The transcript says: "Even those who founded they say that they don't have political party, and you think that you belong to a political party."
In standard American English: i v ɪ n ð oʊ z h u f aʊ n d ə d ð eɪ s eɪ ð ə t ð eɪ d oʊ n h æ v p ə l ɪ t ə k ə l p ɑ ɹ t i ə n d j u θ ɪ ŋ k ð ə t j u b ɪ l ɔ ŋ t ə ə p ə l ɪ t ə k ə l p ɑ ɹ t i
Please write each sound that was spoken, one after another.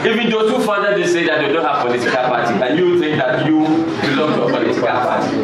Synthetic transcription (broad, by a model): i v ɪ n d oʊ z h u f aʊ d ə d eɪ s eɪ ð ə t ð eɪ d oʊ n h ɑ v p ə l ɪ t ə k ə l p ɑ t i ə n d j u θ ɪ ŋ k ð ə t j u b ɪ l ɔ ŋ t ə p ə l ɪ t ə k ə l p ɑ t i